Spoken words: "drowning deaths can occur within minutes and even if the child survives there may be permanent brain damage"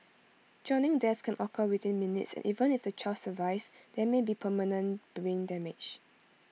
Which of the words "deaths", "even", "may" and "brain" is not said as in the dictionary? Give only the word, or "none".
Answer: deaths